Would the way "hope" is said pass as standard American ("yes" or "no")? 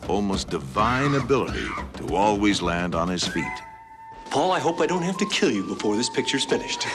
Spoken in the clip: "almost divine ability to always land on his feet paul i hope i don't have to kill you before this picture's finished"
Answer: yes